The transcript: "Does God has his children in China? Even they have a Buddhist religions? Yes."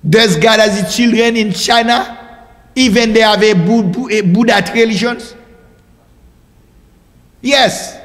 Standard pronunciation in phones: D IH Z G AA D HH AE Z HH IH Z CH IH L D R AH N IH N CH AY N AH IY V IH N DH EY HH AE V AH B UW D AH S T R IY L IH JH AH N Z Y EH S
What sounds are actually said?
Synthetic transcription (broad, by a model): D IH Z G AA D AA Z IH CH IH L D R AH N IH N CH AY N AH IY V IH N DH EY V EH B AH B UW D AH T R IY L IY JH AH N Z Y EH S